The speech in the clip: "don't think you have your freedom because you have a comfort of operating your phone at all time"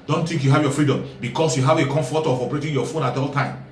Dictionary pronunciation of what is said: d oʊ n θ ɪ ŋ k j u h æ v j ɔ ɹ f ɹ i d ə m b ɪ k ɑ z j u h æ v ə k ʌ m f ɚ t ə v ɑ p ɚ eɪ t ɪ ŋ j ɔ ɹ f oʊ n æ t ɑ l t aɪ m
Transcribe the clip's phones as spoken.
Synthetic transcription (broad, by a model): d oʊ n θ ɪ ŋ k j u h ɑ v j ɔ f ɹ i d ə m b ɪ k ɑ s j u h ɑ v ə k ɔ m f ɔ t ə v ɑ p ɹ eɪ t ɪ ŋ j ɔ f oʊ n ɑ t ɑ l t aɪ m